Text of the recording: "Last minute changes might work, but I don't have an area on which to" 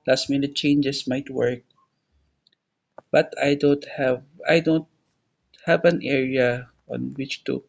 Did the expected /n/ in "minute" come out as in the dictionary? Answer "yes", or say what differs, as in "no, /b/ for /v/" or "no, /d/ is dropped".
yes